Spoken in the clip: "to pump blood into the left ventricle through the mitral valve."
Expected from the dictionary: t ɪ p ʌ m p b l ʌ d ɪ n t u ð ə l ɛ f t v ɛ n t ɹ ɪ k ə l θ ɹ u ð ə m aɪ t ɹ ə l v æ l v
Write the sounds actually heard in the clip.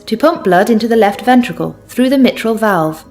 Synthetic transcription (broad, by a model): t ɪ p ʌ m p b l ʌ d ɪ n t u ð ə l ɛ f t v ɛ n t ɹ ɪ k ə l θ ɹ u ð ə m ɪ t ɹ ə l v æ l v